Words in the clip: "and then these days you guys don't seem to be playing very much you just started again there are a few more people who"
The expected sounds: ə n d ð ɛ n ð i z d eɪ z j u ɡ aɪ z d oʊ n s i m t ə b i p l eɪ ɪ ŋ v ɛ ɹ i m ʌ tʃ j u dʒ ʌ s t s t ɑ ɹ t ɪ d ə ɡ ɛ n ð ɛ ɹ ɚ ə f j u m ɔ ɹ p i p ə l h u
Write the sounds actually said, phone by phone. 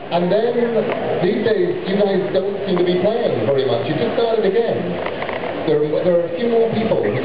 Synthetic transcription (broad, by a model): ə n ð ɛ n ð i z d eɪ z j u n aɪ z d oʊ n s i m t ə b i p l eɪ ɪ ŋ v ɛ ɹ i m ʌ tʃ j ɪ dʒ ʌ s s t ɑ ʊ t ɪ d ə ɡ ɛ n ð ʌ ɹ ɚ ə f j u m ɔ ɹ p i p ə l